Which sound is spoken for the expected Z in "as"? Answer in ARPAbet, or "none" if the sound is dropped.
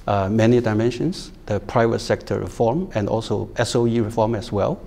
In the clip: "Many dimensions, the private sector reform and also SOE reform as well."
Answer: S